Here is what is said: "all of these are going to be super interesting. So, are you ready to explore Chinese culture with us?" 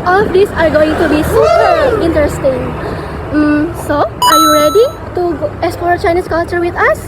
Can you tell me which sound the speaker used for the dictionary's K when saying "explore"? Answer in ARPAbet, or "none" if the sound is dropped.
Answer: none